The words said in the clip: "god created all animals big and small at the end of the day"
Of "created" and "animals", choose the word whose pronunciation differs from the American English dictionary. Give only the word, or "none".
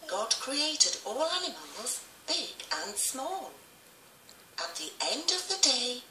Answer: none